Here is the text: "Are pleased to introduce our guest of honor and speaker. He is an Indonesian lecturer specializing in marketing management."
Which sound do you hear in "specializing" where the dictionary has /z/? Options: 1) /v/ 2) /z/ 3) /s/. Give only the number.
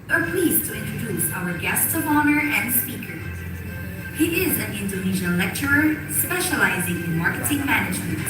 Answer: 2